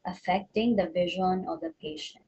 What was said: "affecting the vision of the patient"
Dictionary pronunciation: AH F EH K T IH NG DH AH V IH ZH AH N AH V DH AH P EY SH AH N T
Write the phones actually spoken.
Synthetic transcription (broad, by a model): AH F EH K T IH NG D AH V IH ZH AH N AH V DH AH P EY SH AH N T